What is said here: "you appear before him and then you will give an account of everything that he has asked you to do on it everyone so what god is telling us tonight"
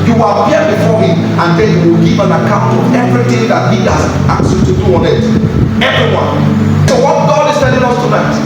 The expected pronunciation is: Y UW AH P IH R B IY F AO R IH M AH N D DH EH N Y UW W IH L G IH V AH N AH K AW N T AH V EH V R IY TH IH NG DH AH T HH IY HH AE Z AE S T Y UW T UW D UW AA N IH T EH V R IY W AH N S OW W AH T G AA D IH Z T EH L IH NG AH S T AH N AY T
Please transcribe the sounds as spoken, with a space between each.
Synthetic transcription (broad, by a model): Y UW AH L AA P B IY F AO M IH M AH N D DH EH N Y UW W IH L G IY V AH N AH K AW N T AH V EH V R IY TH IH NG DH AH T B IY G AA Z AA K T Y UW T UW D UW AA N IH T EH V R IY W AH N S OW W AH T G AA D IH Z S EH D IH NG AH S T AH N AY T